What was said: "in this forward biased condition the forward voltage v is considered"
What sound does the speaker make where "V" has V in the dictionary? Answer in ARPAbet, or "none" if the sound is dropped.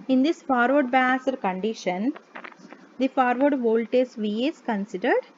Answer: V